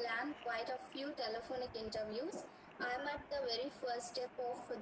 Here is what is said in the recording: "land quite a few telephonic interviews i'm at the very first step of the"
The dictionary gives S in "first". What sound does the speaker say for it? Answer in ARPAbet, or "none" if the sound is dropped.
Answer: none